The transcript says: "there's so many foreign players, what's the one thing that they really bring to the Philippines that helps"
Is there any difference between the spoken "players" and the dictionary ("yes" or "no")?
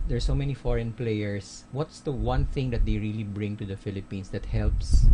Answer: yes